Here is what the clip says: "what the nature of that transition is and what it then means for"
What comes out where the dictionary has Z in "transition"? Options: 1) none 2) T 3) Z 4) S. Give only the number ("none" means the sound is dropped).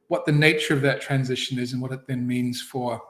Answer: 3